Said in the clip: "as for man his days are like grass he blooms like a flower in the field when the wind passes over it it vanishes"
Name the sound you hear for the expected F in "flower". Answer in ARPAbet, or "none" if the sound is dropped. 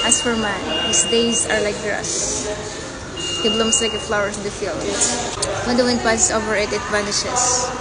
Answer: F